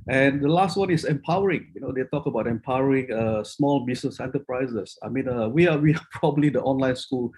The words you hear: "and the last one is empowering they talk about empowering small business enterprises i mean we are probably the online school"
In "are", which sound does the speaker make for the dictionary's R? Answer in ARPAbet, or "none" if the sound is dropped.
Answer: W